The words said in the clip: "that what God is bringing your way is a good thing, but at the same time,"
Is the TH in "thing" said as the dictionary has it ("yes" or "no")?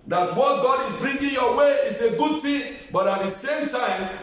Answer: no